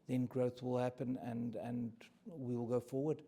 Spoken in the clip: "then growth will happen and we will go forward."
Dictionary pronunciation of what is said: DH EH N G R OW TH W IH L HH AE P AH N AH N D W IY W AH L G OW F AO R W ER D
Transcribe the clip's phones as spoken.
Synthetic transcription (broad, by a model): DH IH N G R OW TH W IH L HH AE P AH N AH N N W IY W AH L G OW F AO R W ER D